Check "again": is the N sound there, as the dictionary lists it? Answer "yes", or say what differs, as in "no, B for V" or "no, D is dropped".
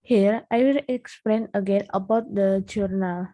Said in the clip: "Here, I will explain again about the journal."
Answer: yes